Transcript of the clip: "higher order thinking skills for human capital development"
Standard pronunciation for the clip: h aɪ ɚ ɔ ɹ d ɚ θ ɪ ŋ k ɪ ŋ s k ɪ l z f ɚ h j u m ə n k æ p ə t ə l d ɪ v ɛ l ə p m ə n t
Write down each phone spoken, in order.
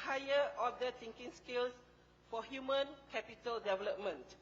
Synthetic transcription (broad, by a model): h aɪ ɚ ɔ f d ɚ t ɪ ŋ k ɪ ŋ s k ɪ l s f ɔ h j u m ə n k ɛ p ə t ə l d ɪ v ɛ l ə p m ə n t